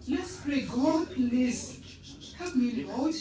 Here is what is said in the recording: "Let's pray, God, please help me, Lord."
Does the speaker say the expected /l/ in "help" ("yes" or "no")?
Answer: no